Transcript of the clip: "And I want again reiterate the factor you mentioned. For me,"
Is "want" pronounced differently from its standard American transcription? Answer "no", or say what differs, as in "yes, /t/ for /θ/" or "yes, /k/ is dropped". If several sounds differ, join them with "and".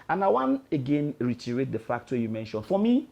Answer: yes, /t/ is dropped